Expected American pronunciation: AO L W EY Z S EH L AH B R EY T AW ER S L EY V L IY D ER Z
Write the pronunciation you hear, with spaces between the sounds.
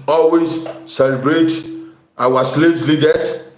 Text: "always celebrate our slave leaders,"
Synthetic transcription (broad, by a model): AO L W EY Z S EH L AH B R EY T AW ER S L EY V L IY D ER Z